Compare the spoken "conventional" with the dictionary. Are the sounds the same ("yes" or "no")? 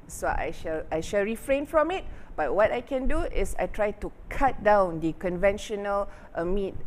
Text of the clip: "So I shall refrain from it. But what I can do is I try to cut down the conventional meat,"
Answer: yes